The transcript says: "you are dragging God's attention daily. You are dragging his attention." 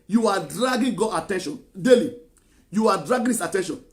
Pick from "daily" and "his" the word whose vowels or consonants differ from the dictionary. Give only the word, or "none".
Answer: his